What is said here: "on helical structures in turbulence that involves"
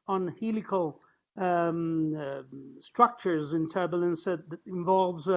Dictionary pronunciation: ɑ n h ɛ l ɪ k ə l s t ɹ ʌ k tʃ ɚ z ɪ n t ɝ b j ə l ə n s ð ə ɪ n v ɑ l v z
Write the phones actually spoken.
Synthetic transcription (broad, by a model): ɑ n h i l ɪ k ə l s t ɹ ʌ k tʃ ɚ z ɪ n t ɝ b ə l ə n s ð ə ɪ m v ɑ l v z